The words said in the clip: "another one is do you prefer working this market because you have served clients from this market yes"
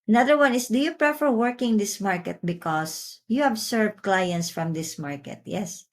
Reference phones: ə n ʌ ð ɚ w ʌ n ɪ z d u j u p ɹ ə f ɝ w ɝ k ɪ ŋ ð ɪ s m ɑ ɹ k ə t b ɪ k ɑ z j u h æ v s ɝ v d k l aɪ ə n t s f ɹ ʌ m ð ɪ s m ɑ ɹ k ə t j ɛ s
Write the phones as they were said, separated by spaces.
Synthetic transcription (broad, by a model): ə n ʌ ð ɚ w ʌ n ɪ s d u j u p ɹ ə f ɝ w ɝ k ɪ ŋ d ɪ s m ɑ ɹ k ə t b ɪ k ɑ s j u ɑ b s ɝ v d k l aɪ ə n t s f ɹ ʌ m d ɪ s m ɑ ɹ k ə t j ɛ s